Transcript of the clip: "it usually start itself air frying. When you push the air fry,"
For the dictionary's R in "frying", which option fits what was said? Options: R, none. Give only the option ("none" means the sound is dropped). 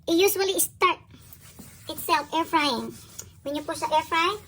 R